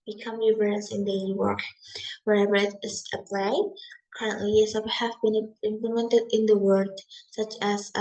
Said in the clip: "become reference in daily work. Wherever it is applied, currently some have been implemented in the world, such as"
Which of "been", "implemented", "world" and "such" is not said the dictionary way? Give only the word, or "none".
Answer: world